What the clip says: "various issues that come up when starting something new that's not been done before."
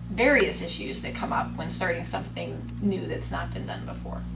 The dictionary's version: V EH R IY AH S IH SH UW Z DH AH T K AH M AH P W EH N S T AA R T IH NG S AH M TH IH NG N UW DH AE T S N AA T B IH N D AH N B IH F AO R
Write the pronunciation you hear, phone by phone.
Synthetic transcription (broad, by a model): V EH R IY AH S IH SH UW Z DH AH T K AH M AH P W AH N S T AA R T IH NG S AH M TH IH NG N UW DH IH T S N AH T B IH N D AH N B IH F AO R